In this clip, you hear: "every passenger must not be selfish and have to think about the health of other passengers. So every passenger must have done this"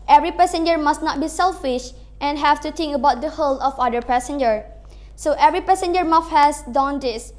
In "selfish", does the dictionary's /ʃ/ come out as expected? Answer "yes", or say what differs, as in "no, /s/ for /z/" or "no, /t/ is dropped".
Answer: yes